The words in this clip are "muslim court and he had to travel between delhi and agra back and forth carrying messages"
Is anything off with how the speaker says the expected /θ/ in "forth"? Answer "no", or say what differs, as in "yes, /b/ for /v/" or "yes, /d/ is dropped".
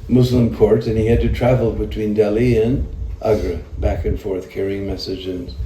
no